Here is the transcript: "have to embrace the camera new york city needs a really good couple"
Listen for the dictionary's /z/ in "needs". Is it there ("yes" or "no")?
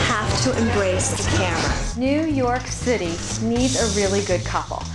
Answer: yes